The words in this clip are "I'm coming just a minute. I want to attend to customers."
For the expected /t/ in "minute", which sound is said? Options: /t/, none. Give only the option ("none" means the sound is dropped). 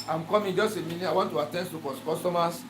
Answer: none